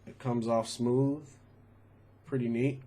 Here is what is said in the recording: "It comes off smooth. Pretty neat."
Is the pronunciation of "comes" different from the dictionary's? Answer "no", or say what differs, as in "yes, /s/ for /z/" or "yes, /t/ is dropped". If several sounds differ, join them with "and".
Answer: no